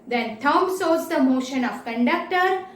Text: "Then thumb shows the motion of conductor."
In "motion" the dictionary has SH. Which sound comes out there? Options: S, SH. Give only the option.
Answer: SH